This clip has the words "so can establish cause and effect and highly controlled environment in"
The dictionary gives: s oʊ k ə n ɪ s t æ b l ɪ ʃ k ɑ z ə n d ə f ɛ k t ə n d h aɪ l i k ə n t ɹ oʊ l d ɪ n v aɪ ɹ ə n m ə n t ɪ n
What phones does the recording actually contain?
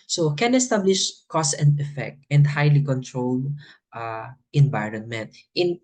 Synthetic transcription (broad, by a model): s oʊ k ə n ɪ s t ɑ b l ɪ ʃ k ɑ s ə n d ə f ɛ k t ə n d h aɪ l i k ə n t ɹ oʊ l d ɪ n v aɪ ɹ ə n m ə n t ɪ n